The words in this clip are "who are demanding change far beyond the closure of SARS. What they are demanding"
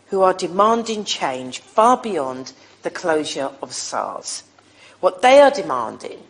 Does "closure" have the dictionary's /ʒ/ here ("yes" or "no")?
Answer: yes